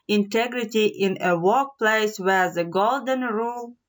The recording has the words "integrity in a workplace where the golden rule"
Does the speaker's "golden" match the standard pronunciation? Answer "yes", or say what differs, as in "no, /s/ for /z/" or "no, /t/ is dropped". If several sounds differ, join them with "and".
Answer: yes